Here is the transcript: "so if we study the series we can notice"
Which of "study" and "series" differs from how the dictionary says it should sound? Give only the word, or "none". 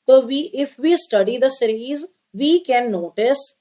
none